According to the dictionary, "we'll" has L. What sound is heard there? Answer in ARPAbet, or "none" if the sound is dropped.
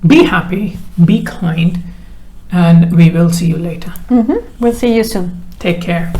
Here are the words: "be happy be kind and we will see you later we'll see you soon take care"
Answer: L